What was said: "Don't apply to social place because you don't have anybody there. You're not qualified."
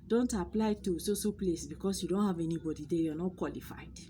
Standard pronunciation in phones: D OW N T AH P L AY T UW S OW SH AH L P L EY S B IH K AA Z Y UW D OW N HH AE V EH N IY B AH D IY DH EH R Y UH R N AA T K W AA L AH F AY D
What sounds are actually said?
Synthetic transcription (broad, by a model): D OW N T AH P L AY T UW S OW S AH P L EY S B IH K AA S Y UW D OW N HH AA V EH N IY B AH D IY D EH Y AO N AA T K W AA L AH F AY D